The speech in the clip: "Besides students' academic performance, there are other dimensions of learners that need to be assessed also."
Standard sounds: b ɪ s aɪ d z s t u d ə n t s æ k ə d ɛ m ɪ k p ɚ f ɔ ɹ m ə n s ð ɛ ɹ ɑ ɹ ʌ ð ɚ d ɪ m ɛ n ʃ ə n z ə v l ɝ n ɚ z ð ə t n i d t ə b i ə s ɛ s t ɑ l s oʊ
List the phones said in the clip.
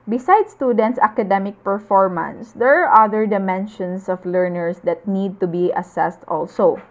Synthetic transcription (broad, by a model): b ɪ s aɪ d s t u d ə n t s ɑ k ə d ɛ m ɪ k p ɚ f ɔ ɹ m ə n s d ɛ ɹ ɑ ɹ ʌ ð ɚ d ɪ m ɛ n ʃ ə n s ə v l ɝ n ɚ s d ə t n i d t ə b i ə s ɛ s t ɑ l s oʊ